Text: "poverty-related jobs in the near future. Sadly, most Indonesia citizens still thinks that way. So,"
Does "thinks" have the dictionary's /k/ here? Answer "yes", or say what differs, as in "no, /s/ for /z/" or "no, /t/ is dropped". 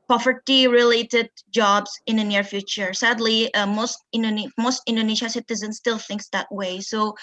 yes